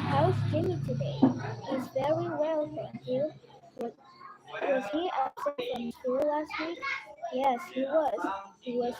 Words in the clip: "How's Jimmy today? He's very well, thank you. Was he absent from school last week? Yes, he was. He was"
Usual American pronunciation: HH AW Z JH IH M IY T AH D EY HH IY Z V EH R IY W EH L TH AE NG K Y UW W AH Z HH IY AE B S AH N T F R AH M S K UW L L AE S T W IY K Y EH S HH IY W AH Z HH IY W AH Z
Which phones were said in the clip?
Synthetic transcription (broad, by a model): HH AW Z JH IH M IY T AH D EY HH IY Z V EH R IY W EH L F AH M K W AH W AH Z HH IY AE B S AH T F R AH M S K UW L L AE S T W IY K Y EH S HH IY W AH Z HH IY W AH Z